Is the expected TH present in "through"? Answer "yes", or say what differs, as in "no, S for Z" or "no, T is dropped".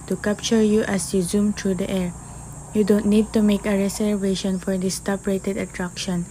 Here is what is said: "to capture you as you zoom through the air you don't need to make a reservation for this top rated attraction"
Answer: no, T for TH